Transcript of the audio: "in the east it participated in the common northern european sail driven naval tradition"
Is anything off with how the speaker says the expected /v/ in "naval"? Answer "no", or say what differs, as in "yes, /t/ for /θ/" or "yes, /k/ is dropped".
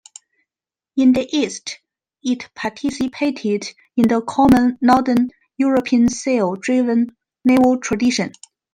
yes, /w/ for /v/